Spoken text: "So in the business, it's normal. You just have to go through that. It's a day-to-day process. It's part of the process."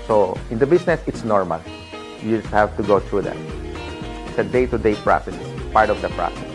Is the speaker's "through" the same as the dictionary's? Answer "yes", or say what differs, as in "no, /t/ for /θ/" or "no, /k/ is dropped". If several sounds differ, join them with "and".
no, /t/ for /θ/